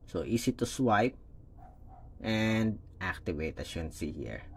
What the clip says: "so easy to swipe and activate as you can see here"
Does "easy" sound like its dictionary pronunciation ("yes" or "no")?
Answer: no